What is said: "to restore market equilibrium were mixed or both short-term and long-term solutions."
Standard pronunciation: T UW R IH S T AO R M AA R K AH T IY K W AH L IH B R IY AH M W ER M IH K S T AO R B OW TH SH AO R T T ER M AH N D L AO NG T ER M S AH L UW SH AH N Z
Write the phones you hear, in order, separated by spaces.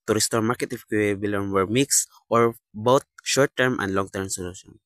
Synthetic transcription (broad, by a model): T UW R IH S T AO R M AA R K AH T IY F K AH IY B IY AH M W ER M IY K S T AO R B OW T SH AO R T T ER M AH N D L AO NG T ER M S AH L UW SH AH N